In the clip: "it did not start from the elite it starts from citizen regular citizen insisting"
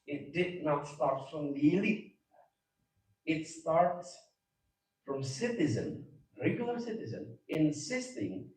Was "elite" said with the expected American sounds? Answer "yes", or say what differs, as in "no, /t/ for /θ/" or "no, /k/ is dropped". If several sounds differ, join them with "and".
no, /t/ is dropped